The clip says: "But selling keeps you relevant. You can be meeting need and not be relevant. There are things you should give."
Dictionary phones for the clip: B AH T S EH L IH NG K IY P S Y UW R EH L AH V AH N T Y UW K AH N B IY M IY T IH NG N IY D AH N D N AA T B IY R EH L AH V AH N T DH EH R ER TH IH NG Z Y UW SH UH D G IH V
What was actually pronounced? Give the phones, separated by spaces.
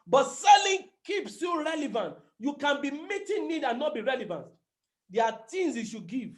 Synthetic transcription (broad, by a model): B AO T S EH L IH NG K IY P S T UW R EH L AH V AH N T Y UW K AH N B IY M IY T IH N IY D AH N N AA T B IY R EH L AH V AH N T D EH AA T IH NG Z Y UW SH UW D G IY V